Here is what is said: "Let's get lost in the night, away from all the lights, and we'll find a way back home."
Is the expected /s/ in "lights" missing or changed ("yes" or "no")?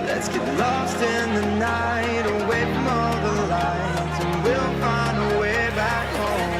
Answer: yes